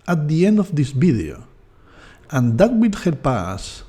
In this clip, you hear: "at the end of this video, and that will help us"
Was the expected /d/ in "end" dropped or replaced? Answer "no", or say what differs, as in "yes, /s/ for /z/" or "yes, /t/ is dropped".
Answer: no